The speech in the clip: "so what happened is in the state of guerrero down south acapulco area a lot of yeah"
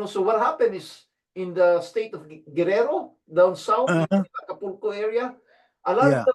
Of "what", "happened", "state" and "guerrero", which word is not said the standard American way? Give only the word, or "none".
happened